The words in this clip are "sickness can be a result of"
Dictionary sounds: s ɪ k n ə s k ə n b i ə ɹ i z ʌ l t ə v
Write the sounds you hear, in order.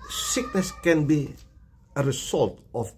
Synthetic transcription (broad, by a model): s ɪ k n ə s k ə n b i ə ɹ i s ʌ l t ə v